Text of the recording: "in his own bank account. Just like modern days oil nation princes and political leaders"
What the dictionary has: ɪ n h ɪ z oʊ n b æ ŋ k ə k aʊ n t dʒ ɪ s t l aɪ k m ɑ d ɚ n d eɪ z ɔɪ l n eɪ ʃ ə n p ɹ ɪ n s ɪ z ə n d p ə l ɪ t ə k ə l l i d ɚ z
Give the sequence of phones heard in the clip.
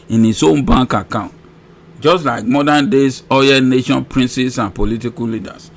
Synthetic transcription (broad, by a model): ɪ n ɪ s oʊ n b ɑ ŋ k ə k aʊ n t dʒ ɪ s t l aɪ k m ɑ d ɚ n d eɪ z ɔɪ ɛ n eɪ ʃ ə n p ɹ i n s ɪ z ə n p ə l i t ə k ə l l i d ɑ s